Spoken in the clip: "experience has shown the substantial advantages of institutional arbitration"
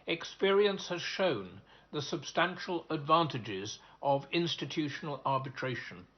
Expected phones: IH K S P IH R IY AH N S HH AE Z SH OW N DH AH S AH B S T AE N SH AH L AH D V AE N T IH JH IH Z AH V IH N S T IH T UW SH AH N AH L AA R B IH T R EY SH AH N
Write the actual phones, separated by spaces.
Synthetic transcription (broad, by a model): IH K S P IH R IY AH N S HH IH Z SH OW N DH AH S AH B S T AE N SH AH L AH D V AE N T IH JH IH Z AH V IH N S T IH T UW SH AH N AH L AA R B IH T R EY SH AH N